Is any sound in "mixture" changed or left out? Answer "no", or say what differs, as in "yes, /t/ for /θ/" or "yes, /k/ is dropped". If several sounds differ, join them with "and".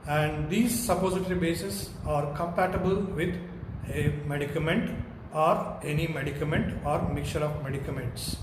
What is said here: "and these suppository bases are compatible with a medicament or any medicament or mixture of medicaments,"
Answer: yes, /s/ is dropped